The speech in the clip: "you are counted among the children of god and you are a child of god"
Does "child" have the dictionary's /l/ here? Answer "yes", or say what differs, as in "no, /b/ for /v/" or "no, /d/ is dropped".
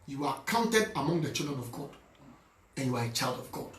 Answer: yes